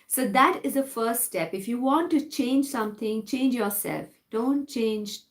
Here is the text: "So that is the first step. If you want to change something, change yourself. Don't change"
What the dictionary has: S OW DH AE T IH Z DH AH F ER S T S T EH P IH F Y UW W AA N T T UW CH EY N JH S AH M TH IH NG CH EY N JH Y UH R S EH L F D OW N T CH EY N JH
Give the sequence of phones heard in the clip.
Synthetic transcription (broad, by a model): S OW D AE T IH Z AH F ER S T S T EH P IH F Y UW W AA N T T UW CH EY N JH S AH M T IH NG CH EY N JH Y UH R S EH L F D OW N T CH EY N JH